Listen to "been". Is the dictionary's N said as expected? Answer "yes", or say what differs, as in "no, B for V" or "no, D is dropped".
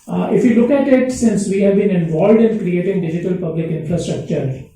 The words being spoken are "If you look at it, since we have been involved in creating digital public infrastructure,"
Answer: yes